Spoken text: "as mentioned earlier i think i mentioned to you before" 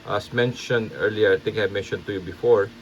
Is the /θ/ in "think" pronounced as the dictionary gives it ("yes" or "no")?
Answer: no